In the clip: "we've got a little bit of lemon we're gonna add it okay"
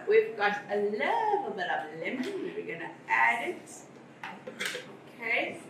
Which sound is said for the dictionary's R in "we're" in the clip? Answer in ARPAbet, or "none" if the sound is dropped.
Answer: W